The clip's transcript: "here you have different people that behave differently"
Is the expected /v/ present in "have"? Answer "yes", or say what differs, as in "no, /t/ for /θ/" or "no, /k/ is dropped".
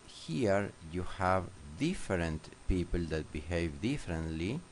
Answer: yes